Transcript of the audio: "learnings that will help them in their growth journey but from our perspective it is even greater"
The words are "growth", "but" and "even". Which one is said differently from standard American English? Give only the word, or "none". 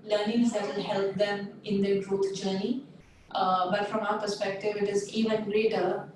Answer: growth